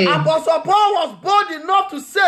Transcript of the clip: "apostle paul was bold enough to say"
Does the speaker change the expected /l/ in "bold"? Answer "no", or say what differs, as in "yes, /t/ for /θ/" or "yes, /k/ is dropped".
yes, /l/ is dropped